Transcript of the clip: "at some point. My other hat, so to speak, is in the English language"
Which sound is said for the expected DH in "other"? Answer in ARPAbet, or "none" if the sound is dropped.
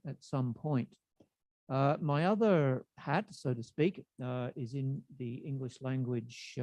DH